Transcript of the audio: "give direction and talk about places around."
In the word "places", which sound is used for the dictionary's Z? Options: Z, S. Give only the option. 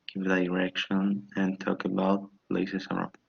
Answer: S